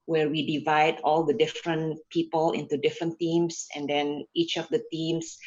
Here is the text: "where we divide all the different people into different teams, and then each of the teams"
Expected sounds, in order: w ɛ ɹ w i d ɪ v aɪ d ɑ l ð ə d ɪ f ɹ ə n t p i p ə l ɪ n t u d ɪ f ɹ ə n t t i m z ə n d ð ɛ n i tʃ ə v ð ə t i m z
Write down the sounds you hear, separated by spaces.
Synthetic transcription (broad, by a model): w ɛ ɹ w i d ɪ v aɪ d ɑ l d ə d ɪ f ɹ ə n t p i p ə l ɪ n t u d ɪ f ɹ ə n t t i m s ə n d ɛ n i tʃ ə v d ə t i m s